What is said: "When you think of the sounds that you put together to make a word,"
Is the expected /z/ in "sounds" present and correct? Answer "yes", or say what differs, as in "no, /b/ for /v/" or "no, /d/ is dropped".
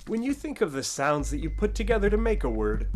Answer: yes